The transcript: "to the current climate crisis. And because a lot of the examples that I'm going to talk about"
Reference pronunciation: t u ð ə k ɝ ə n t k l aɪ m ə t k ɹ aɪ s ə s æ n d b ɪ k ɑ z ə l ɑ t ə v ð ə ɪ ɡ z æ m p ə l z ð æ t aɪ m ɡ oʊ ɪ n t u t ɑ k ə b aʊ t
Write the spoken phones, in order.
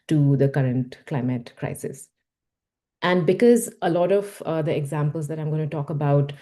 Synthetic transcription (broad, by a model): t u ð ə k ɝ ə n t k l aɪ m ə t k ɹ aɪ s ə s æ n d b ɪ k ɑ z ə l ɑ t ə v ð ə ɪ ɡ z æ m p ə l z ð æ t aɪ m ɡ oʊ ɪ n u t ɑ k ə b aʊ t